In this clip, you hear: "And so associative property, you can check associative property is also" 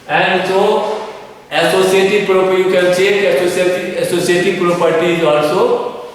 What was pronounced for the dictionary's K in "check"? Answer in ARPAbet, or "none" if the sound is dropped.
none